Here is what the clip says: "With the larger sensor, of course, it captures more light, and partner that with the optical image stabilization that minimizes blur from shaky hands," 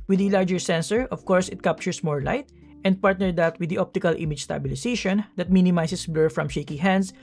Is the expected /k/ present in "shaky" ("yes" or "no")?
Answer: yes